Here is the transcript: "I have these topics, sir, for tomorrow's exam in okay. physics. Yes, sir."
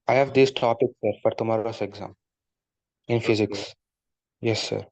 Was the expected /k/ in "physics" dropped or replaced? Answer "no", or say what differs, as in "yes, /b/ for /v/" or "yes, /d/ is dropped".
no